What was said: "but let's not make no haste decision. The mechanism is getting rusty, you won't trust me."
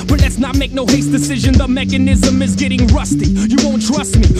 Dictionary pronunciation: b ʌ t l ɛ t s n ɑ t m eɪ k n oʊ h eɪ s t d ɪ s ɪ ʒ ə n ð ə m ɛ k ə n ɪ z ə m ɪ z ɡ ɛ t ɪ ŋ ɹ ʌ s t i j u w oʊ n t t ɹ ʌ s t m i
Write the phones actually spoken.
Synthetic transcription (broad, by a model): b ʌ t l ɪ t s n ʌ t m eɪ k n oʊ h eɪ s d ɪ s ɪ ʒ ə n ð ə m ɛ k ə n ɪ z ə m ɪ z ɡ ɛ t ɪ ŋ ɹ ʌ s t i j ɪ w oʊ n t t ɹ ʌ s t m i